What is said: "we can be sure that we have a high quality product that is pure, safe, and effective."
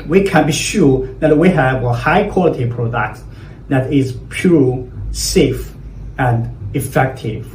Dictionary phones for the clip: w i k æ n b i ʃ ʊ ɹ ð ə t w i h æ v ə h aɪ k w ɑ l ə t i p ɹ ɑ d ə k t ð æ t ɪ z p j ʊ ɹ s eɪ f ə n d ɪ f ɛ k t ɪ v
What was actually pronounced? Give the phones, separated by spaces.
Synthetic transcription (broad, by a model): w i k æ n b i ʃ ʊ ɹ ð ə t w i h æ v ə h aɪ k w ɑ l ə t i p ɹ ɑ d ə k t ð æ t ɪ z p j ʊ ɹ s eɪ f ə n d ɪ f ɛ k t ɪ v